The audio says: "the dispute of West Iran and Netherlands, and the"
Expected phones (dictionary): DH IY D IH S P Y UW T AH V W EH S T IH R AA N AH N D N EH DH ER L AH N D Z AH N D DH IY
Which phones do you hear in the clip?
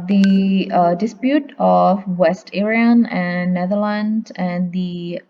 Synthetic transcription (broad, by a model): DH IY D IH S P Y UW T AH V W EH S T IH R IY AH N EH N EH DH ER L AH N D AH N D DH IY